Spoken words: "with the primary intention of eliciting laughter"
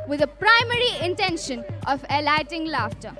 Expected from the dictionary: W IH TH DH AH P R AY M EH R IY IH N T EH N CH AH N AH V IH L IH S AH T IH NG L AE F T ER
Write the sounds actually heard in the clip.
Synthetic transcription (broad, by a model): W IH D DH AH P R AY M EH R IY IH N T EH N SH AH N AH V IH L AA AH T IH NG L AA F T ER